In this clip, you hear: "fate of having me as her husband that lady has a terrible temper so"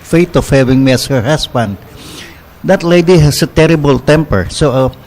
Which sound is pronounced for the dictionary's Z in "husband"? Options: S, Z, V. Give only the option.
S